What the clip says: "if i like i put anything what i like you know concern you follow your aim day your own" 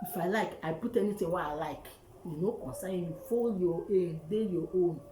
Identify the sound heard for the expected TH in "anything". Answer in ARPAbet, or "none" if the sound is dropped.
T